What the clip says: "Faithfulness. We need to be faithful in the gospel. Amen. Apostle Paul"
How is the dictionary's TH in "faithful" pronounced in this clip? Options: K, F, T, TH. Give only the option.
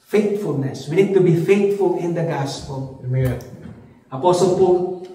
T